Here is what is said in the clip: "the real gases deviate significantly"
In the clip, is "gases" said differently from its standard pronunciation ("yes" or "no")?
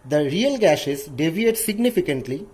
yes